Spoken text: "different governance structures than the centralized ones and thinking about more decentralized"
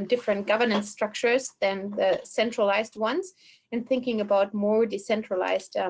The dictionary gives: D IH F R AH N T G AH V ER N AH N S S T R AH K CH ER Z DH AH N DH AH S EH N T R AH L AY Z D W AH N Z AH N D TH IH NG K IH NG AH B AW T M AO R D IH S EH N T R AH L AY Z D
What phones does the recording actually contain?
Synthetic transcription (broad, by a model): D IH F R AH N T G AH V ER N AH N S S T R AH K CH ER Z DH AH N DH AH S EH N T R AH L AY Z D W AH N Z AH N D TH IH NG K IH NG AH B AW T M AO R D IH S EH N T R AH L AY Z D